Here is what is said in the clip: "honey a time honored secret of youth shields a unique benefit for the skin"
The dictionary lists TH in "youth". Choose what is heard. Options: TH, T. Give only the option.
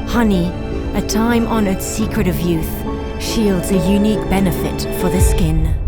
TH